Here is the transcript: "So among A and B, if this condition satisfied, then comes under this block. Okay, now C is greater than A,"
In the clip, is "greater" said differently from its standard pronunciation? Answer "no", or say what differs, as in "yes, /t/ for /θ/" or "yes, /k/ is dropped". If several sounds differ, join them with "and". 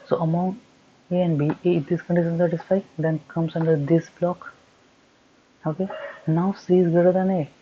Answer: yes, /ɹ/ is dropped